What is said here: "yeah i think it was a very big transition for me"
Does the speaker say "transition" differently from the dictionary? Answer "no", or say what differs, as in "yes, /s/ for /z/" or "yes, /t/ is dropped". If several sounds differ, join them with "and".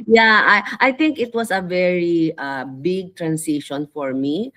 yes, /s/ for /z/